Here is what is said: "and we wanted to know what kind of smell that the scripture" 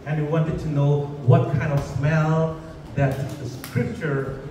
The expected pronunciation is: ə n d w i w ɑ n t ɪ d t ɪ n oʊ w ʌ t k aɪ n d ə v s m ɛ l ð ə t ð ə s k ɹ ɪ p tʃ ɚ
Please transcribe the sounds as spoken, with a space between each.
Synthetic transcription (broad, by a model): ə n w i w ɑ n t ɪ d t ɪ n oʊ w ʌ t k aɪ n d ə v s m ɛ l ð ə t ð ə s k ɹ ɪ p tʃ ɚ